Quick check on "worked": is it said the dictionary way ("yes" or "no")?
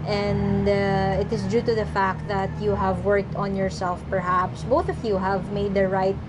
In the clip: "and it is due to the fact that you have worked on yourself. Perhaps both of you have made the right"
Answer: yes